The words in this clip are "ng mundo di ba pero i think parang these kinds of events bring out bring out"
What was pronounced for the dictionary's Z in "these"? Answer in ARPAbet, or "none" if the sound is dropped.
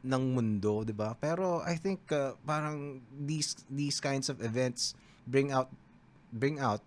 S